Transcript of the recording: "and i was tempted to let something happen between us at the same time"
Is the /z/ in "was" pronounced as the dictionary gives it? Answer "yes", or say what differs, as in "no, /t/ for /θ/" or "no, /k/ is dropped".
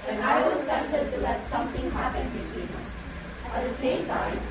no, /s/ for /z/